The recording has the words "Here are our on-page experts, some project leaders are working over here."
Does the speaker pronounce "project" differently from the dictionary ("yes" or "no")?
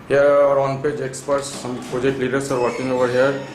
yes